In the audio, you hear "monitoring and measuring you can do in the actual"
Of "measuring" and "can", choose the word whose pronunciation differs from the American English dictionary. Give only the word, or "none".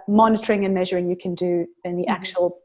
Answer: none